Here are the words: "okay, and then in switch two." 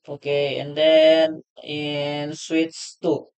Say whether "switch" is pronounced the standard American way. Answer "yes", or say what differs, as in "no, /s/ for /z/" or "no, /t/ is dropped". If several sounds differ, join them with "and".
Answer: no, /s/ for /tʃ/